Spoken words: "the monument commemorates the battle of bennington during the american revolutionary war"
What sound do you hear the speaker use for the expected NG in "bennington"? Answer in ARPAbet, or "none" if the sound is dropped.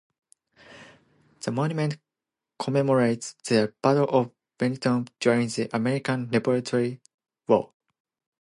none